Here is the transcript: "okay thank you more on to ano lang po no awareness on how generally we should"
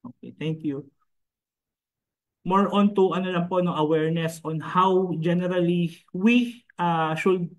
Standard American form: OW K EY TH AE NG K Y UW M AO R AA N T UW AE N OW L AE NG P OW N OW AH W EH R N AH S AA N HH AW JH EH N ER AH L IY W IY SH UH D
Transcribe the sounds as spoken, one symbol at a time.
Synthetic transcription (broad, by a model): OW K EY T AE NG K Y UW M AO R AA N T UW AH N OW L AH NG P OW N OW AH W EH R N AH S AA N HH AW JH EH N ER AH L IY W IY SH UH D